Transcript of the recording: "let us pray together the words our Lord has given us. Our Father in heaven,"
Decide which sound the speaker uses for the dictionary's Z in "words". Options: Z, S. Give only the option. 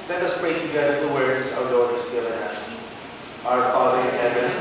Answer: S